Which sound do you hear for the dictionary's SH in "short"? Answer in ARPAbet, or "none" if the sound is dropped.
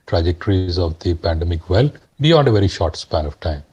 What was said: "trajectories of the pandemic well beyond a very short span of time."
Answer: SH